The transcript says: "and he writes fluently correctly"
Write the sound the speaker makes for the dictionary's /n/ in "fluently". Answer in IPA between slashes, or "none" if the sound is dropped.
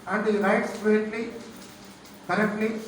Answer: none